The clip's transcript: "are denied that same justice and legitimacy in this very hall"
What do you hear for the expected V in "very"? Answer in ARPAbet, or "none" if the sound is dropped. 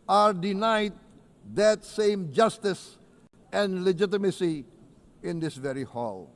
V